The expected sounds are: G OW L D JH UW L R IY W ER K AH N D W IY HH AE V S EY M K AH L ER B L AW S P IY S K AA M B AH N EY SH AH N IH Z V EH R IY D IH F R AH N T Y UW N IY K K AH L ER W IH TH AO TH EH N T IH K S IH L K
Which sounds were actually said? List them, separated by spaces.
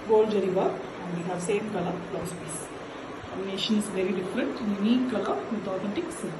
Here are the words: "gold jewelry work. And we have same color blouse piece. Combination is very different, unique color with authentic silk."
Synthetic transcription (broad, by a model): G OW L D JH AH R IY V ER AH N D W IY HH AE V S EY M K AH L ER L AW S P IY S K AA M AH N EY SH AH N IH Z V EH R IY D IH F R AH N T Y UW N IY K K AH ER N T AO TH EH N T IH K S